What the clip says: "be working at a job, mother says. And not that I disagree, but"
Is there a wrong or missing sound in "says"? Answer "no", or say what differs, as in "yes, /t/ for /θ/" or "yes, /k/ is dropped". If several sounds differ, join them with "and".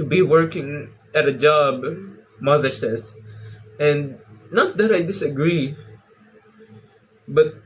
yes, /s/ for /z/